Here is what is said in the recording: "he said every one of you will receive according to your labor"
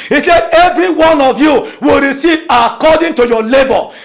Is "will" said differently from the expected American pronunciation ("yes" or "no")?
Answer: no